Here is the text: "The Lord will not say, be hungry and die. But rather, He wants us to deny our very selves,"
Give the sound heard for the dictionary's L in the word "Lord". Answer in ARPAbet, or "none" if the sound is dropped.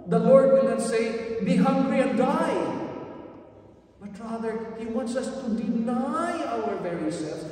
L